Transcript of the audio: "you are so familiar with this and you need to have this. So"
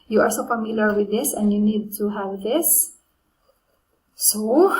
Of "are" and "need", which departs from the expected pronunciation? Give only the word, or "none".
are